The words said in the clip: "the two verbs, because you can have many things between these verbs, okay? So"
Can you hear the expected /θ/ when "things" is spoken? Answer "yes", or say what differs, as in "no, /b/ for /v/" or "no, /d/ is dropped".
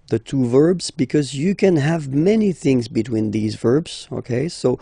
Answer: yes